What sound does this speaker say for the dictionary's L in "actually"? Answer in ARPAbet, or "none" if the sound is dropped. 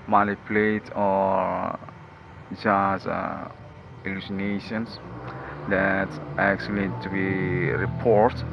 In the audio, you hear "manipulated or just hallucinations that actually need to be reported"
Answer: none